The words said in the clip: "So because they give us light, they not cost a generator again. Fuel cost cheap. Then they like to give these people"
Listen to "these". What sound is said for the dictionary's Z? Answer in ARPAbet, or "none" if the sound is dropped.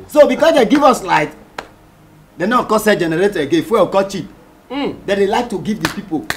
none